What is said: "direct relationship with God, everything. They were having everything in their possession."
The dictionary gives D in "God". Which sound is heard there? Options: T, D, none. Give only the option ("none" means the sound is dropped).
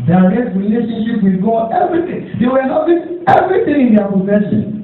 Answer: none